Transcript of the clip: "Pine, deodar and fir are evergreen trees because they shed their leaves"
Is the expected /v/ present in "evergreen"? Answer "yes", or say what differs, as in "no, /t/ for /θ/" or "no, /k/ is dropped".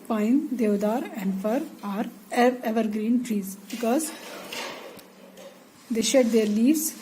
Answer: yes